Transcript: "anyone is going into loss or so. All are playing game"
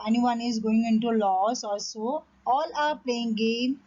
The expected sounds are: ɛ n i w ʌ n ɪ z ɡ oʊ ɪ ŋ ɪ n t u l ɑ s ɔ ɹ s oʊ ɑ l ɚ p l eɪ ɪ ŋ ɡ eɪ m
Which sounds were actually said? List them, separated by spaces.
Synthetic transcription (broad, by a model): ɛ n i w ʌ n ɪ z ɡ oʊ ɪ ŋ ɪ n t u l ɑ s ɔ l s oʊ ɑ l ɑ p l eɪ ɪ ŋ ɡ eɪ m